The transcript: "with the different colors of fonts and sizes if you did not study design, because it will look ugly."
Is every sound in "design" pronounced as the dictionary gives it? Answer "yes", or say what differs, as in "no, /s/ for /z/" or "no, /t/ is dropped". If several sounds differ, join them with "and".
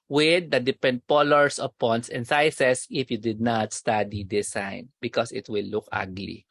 no, /s/ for /z/